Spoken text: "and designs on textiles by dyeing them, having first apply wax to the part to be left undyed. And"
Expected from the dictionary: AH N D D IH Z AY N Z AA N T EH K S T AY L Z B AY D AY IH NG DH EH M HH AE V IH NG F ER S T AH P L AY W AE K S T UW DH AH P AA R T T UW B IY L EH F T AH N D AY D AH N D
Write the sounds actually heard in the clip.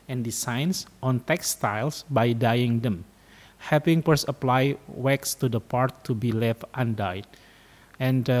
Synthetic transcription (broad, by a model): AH N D D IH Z AY N S AA N T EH K S T AY L S B AY D AY IH NG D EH M HH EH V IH NG P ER S AH P L AY W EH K S T UW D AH P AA R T T UW B IY L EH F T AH N D AY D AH N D